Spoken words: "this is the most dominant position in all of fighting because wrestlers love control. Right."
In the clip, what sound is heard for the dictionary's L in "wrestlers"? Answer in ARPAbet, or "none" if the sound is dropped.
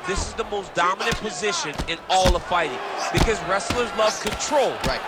L